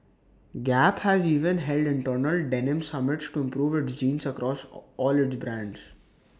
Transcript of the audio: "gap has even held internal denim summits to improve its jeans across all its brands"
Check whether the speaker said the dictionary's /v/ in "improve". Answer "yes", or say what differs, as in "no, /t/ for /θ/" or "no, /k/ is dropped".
yes